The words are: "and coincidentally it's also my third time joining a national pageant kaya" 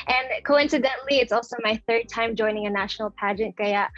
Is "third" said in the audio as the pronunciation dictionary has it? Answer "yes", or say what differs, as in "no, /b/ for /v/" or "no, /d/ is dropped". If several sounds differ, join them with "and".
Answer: yes